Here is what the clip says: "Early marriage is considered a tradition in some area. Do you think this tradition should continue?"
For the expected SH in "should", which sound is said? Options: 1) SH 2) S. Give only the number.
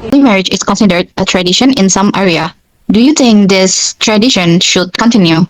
1